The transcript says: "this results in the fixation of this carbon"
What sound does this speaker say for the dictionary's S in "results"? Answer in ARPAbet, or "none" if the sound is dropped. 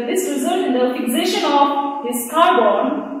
none